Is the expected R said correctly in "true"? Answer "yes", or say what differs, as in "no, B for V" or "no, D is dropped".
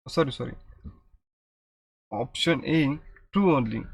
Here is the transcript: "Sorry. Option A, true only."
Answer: no, R is dropped